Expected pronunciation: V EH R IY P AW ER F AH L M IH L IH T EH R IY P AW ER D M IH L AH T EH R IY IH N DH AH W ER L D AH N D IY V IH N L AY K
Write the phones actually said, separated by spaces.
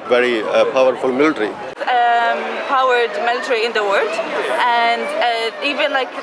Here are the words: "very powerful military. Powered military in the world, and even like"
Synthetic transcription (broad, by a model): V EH R IY P AW ER F AH L M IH L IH T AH R IY P AW ER D M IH L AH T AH R IY IH N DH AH W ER D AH N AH IY V IH N L AY K